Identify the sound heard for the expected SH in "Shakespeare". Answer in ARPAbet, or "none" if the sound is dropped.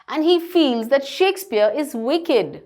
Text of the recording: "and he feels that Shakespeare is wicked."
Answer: SH